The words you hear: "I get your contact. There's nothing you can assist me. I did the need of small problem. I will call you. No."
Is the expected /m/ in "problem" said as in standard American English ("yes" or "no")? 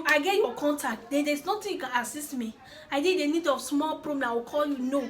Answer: no